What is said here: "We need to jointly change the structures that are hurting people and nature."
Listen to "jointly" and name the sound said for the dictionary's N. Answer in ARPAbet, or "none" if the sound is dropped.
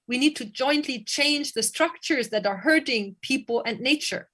N